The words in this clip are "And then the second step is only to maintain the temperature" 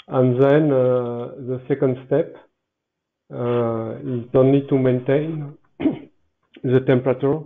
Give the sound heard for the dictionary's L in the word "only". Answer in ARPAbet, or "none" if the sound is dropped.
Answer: N